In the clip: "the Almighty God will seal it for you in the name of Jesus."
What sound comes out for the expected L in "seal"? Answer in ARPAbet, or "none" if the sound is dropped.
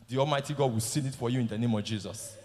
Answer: N